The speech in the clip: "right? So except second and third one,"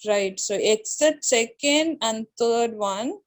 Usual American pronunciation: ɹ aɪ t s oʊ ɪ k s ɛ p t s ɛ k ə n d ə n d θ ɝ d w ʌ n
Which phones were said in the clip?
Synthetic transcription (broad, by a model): ɹ aɪ t s oʊ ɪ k s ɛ t s ɛ k ə n d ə n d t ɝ d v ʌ n